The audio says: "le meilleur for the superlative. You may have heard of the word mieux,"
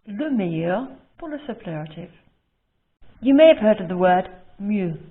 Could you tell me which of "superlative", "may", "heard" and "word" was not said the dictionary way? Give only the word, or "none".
superlative